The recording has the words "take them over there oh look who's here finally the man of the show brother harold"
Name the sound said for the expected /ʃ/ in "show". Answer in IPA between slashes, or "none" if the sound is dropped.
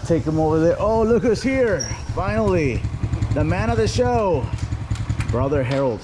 /ʃ/